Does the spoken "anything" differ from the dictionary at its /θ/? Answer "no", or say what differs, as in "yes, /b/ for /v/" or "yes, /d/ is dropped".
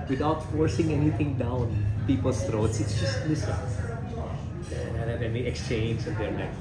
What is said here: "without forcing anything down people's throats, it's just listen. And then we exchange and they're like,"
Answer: yes, /t/ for /θ/